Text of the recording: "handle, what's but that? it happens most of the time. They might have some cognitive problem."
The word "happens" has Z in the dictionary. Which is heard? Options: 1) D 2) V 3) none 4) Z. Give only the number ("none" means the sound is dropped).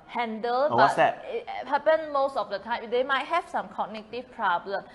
3